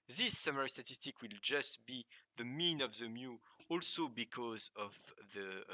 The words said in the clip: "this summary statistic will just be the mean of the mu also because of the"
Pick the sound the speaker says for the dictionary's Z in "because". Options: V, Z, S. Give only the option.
Z